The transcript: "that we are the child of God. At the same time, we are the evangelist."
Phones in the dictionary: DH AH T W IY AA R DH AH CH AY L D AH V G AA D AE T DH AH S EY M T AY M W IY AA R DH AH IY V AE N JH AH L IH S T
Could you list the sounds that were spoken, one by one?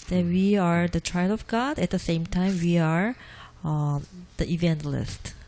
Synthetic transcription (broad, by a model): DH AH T W IY AA R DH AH CH AY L AH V G AA D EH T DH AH S EY M T AY M W IY AA R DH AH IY V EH N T L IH S T